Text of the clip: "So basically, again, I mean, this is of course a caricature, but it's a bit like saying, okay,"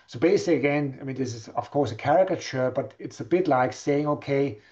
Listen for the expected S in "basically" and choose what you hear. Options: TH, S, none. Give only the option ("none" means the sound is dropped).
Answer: none